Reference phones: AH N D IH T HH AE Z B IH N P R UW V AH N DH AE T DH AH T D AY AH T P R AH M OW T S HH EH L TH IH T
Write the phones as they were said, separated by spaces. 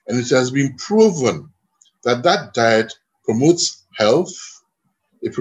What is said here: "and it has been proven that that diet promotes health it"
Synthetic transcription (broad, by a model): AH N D IH T HH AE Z B IH N P R UW V AH N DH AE T DH AH T D AY AH T P R AH M OW T S HH EH L TH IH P